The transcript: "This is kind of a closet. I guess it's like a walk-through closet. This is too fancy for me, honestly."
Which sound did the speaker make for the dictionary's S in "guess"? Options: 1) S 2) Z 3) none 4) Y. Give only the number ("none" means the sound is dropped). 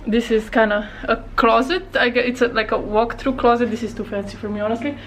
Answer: 3